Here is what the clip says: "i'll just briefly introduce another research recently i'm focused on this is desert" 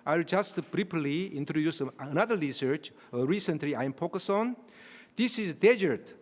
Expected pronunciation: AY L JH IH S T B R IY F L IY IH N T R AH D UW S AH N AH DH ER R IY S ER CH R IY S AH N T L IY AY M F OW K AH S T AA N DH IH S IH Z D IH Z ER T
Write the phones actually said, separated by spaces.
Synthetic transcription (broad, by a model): AY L JH IH S T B R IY P L IY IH N T R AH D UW S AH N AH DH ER R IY S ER CH R IY S AH N T L IY AY M P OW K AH S AA N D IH S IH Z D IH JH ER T